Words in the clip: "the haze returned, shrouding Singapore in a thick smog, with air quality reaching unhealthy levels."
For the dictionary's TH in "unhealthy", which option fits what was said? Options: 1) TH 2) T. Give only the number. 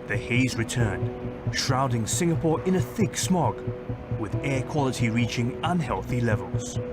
1